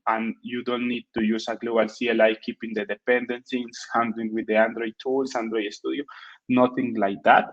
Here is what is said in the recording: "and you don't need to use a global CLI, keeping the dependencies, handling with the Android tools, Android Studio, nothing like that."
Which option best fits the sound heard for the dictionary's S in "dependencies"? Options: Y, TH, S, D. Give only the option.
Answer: TH